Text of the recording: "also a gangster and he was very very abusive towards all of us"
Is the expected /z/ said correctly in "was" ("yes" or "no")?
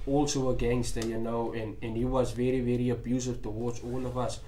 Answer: yes